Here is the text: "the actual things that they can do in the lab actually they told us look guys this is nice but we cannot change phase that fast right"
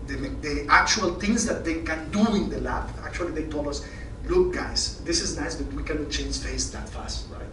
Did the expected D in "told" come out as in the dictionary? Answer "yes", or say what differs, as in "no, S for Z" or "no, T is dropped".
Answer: no, D is dropped